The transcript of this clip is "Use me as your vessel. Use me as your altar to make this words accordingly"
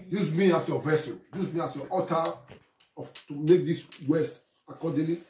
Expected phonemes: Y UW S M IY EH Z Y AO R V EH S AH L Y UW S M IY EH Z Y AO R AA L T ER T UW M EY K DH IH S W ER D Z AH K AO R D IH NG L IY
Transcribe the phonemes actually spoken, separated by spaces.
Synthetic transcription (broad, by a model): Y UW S M IY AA S Y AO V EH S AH N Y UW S M IY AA S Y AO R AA T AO T UW M EY K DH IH S W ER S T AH K AO D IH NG L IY